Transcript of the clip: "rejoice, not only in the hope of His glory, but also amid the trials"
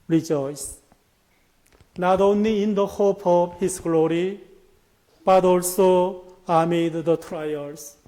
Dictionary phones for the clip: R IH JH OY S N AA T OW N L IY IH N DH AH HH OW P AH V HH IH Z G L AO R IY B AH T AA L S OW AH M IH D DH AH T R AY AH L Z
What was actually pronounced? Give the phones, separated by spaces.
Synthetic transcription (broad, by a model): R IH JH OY S N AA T OW N L IY IH N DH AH HH OW P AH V HH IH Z G L AO R IY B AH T AA L S OW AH M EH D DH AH T R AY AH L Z